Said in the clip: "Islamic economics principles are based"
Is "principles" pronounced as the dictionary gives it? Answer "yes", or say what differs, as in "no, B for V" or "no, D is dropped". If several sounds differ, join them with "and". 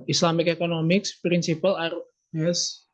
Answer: no, Z is dropped